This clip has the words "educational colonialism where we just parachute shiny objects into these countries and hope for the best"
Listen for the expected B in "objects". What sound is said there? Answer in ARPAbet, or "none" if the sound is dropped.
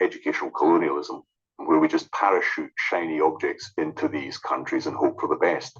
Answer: B